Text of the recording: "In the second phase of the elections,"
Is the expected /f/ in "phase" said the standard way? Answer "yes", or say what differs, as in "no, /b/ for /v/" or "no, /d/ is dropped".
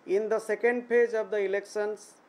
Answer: no, /p/ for /f/